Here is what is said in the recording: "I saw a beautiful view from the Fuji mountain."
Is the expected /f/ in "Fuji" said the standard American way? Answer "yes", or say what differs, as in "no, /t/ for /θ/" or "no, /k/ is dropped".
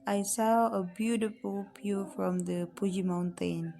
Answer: no, /p/ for /f/